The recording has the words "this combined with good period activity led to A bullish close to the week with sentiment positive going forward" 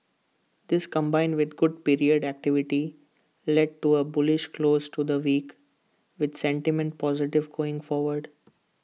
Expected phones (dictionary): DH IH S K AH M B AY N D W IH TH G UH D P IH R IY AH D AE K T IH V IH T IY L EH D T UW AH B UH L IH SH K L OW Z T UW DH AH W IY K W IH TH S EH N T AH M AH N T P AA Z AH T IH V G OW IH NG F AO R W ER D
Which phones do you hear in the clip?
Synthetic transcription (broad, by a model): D IH S K AH M B AY N D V IH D G UH D P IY R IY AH D AE K T IH V IH T IY L EH D T UW AH B UH L IH SH K L OW Z T UW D AH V IY K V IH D S EH N T AH M AH N T P AA Z AH T IH V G OW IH NG F AO R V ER D